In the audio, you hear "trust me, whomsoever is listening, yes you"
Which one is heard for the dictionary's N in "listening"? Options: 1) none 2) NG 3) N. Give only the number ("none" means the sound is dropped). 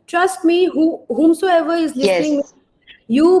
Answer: 1